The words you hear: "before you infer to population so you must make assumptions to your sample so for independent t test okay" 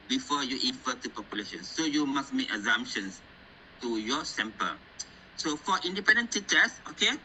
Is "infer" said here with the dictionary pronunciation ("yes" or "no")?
no